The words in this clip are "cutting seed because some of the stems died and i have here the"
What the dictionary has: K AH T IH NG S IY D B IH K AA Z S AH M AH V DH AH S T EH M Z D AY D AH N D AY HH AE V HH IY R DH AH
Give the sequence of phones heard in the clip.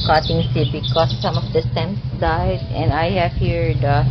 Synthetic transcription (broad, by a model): K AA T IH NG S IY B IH K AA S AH M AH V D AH S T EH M S D AY D AH N D AY HH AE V HH IY R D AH